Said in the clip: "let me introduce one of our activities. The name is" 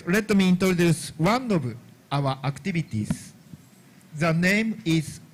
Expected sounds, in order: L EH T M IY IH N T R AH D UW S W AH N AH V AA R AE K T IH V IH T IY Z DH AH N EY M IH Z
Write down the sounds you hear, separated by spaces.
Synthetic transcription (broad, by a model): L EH T M IY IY N T R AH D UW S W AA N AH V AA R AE K T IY B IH T IY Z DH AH N EY M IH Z